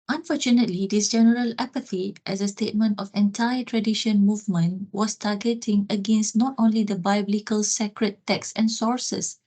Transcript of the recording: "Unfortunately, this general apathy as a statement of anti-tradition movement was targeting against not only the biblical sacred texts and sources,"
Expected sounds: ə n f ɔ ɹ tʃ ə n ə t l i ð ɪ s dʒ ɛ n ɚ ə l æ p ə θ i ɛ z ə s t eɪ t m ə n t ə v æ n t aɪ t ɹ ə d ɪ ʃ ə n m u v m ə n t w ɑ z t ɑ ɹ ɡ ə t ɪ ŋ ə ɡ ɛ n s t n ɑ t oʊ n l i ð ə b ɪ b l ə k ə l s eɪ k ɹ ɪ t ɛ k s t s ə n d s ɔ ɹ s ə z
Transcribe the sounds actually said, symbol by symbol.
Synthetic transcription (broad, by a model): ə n f ɔ tʃ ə n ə t l i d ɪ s dʒ ɛ n ɚ ə l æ p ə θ i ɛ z ə s t eɪ t m ə n t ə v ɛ n t aɪ t ɹ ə d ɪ ʃ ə n m u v m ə n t w ɑ s t ɑ ɡ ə t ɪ ŋ ə ɡ ɛ n s t n ɑ t oʊ n l i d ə b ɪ b l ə k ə l s eɪ k ɹ ɪ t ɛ k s s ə n s ɔ ɹ s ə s